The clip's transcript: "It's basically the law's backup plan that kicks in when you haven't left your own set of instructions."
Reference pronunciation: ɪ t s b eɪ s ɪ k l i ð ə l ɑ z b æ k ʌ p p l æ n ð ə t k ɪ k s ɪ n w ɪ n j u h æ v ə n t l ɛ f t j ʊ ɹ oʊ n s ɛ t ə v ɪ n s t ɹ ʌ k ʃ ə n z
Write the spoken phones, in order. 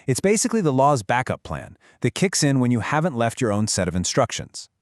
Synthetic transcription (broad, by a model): ɪ t s b eɪ s ɪ k l i ð ə l ɑ z b æ k ʌ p p l æ n ð ə t k ɪ k s ɪ n w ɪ n j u h æ v ə n t l ɛ f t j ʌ ɹ oʊ n s ɛ t ə v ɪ n s t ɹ ʌ k ʃ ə n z